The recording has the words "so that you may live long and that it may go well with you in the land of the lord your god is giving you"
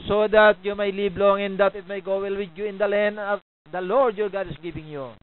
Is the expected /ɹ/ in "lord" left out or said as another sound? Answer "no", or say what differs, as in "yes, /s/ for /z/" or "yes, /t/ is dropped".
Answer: no